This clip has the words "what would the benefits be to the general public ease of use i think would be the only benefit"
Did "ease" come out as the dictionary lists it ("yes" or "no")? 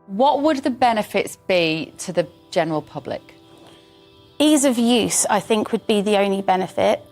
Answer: yes